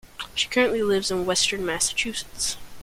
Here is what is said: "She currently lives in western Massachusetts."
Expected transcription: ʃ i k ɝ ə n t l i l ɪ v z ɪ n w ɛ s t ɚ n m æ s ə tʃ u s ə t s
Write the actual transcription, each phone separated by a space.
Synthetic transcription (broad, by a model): ʃ i k ɝ ə n t l i l ɪ v z ɪ n w ɛ s t ɚ n m æ s ə tʃ u s ə t s